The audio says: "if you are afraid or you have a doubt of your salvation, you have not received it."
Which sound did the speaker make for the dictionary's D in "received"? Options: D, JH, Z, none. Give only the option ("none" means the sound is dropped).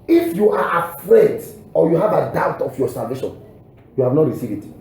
none